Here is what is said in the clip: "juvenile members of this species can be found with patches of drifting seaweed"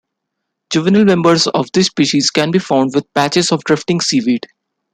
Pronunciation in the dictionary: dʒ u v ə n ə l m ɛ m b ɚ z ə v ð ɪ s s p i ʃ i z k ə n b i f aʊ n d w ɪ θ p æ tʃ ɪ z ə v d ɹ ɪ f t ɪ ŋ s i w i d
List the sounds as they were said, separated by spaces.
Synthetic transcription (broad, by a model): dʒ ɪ v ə n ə l m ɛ m b ɚ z ə v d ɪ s s p i ʃ i z k ə n b i f aʊ n d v ɪ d p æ tʃ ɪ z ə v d ɹ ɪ f t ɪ ŋ s i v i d